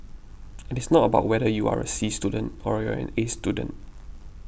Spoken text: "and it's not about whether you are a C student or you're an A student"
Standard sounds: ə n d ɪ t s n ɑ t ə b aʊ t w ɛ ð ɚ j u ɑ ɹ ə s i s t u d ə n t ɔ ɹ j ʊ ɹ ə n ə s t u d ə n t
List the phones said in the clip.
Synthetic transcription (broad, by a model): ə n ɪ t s n ɑ t ə b aʊ t w ɛ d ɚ j u ɑ ɹ ə s i s t u d ə n t ɔ ɹ j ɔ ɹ ə n ə s t u d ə n t